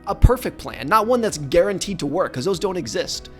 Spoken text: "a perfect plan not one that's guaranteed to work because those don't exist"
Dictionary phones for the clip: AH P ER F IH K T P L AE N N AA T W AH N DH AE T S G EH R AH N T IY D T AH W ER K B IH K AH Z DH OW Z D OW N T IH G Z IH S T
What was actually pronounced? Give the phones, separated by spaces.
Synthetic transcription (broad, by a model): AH P ER F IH K P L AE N N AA T W AH N DH AE T S G EH R AH N T IY D T AH W ER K K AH Z DH OW Z D OW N T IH G Z IH S T